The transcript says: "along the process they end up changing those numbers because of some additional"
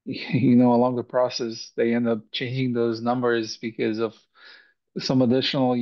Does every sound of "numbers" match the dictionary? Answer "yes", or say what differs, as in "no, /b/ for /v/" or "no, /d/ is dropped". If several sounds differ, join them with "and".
yes